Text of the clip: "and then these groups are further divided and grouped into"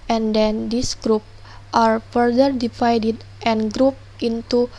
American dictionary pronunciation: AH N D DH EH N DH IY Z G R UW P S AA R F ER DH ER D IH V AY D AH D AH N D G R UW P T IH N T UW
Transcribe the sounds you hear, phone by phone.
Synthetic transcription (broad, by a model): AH N D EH N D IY S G R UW P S AA R F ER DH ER D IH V AY D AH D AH N G R UW P T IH N T UW